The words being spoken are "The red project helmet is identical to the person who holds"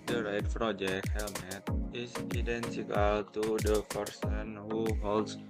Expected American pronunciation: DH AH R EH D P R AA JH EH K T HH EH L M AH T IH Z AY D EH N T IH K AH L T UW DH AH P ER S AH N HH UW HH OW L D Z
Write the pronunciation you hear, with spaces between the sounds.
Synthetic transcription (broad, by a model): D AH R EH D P R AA JH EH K HH EH L M AH T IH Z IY D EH N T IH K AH L T UW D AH P ER S AH N HH UW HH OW L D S